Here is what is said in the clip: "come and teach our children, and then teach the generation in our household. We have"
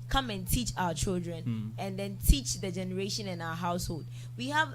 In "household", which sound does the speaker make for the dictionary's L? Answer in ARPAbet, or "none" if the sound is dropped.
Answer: L